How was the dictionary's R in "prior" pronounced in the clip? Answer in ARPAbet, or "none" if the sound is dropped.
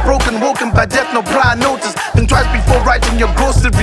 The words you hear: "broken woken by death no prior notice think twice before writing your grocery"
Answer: L